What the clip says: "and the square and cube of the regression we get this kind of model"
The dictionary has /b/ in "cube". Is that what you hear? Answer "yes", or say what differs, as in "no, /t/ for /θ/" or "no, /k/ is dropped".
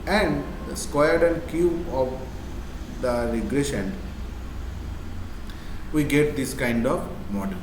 no, /b/ is dropped